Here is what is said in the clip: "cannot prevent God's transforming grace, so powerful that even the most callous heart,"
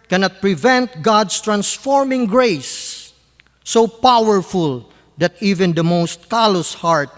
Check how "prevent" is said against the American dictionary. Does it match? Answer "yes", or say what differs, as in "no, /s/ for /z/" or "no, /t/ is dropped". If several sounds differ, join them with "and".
yes